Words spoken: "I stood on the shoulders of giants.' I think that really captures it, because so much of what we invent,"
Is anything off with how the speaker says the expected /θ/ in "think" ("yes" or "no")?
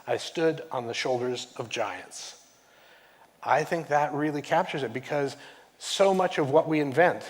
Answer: no